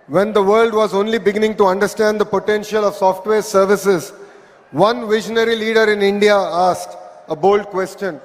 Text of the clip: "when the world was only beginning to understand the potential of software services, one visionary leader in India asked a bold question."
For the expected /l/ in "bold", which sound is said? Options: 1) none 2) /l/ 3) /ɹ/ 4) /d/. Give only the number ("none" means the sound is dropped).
2